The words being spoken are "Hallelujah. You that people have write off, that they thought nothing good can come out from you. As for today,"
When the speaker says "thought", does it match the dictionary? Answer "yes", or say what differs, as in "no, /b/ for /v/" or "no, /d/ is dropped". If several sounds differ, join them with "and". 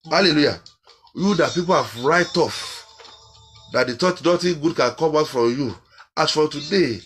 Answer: no, /t/ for /θ/